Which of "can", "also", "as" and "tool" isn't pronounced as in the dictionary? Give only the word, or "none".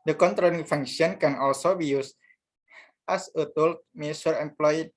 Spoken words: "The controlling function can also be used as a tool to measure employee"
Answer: as